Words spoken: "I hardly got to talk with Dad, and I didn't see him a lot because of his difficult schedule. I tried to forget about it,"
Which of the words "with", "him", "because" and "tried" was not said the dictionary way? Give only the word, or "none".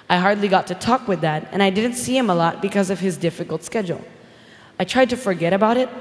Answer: none